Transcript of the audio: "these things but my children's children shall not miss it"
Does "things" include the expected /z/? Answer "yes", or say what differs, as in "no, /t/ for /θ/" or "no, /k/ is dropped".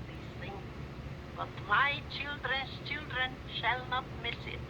no, /z/ is dropped